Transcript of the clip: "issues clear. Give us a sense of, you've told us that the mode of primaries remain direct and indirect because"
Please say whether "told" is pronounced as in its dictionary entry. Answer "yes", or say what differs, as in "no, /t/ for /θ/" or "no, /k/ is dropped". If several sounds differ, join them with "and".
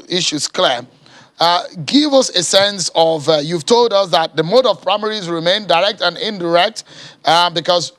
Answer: yes